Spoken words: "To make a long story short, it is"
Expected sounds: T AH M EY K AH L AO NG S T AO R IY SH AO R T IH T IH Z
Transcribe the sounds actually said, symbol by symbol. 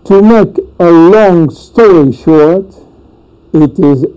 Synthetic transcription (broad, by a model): T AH M EY K AH L AO NG S T AO R IY SH AO R T IH T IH Z